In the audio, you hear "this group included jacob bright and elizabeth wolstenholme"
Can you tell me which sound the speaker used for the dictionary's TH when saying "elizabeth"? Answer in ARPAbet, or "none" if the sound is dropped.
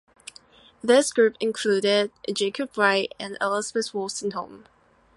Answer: S